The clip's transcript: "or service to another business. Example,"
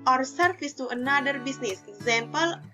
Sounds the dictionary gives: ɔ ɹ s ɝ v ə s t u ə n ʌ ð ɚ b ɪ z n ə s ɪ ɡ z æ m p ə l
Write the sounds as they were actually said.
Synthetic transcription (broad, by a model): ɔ ɹ s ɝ f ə s t u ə n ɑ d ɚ b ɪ s n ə s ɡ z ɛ m p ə l